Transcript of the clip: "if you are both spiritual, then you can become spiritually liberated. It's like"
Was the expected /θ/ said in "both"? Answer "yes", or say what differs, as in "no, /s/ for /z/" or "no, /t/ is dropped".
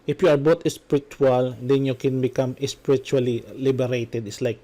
no, /t/ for /θ/